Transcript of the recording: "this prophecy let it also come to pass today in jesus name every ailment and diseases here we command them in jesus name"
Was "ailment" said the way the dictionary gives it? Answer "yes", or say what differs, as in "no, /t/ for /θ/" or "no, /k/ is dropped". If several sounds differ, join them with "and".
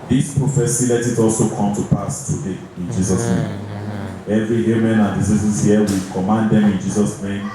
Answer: no, /l/ is dropped and /t/ is dropped